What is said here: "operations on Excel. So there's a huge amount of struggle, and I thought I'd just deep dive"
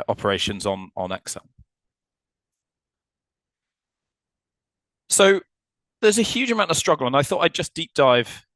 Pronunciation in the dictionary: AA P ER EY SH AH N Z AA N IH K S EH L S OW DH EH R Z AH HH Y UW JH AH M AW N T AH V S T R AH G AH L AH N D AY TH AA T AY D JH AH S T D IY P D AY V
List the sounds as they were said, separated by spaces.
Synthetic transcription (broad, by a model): AA P ER EY SH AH N Z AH N IH K S EH L S OW DH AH Z AH HH Y UW JH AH M AW T AH V S T R AH G AH L AH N AY TH AA T AY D JH AH S D IY P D AY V